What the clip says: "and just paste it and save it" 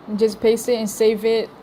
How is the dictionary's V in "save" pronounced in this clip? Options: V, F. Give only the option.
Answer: V